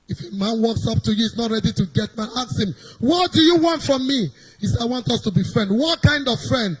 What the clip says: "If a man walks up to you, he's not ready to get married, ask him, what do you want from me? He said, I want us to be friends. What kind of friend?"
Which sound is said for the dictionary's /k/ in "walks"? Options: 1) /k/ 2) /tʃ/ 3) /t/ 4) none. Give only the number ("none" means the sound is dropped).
1